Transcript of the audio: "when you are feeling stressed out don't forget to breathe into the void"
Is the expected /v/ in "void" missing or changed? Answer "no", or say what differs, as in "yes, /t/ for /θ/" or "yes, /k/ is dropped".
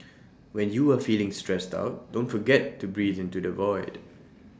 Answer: no